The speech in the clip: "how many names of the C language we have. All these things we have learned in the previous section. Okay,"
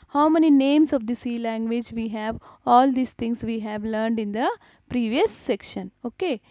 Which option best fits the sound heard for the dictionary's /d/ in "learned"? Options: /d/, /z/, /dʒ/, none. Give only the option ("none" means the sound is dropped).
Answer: /d/